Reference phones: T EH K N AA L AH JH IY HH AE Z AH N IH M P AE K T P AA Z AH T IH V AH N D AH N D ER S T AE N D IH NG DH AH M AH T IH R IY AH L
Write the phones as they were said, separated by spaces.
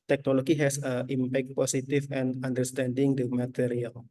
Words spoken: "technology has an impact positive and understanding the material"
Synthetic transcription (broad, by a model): T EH K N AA L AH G IY HH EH S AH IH M P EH K T P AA S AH T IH F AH N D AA N D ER S T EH N D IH NG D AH M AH T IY R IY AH L